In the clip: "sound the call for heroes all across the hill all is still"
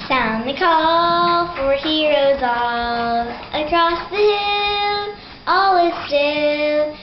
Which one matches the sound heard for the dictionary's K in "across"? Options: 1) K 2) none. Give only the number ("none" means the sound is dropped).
1